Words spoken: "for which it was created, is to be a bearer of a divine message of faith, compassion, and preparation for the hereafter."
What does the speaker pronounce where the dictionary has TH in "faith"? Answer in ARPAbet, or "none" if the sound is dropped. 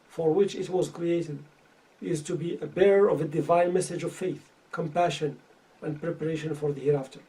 TH